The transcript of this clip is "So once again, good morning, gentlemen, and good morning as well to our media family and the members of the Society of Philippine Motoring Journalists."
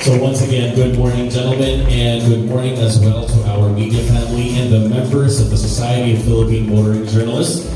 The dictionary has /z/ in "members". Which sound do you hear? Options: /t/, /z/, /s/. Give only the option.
/z/